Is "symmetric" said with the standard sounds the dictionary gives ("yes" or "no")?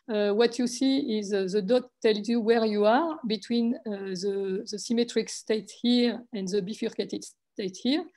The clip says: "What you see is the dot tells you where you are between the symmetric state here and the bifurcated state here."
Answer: yes